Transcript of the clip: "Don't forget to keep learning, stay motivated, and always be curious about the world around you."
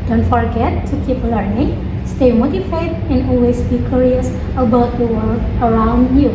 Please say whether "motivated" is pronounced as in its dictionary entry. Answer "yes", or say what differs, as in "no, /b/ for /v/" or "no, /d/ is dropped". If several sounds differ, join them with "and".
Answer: no, /f/ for /v/